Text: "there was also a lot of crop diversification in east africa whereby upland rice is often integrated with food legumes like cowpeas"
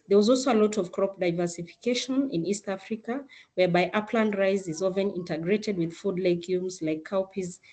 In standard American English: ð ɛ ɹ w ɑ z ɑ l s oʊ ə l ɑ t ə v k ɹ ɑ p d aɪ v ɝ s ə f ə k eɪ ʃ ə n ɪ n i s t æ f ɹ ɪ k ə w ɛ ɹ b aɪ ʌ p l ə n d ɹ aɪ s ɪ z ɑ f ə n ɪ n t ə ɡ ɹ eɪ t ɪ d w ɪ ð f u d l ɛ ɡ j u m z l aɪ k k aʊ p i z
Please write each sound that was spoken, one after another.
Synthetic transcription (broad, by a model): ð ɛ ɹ w ɑ z ɑ l s oʊ ə l ɑ t ə v k ɹ ɑ p d aɪ v ɝ s ə f ə k eɪ ʃ ə n ɪ n i s t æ f ɹ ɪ k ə w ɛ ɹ b aɪ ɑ p l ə n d ɹ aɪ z ɪ z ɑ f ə n ɪ n t ə ɡ ɹ eɪ t ɪ d w ɪ ð f u d l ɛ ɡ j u m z l aɪ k k aʊ p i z